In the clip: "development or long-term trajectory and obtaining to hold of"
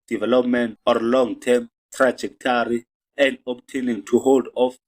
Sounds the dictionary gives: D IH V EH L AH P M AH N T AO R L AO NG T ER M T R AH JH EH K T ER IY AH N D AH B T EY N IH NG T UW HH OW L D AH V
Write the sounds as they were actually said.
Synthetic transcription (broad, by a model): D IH V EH L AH P M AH N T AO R L AO NG T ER M T R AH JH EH K T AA IY AH N D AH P T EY N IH NG T UW HH OW L D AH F